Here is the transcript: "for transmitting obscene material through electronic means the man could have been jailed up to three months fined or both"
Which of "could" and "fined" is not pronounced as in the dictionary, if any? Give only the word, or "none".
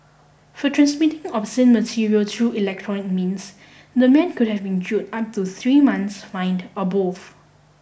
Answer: none